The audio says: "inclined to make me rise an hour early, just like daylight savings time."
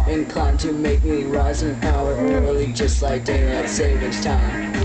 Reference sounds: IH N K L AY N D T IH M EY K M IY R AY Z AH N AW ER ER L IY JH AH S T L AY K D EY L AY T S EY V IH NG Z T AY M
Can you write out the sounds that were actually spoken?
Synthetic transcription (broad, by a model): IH N K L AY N T IH M EY K M IY R AY Z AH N AW ER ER L IY JH AH S T L AY K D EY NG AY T S EY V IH Z T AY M